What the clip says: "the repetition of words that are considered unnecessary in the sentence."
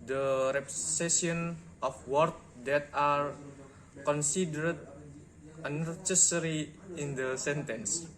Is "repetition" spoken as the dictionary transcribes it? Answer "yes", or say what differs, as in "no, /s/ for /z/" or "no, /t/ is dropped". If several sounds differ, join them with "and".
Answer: no, /s/ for /t/ and /ʃ/ is dropped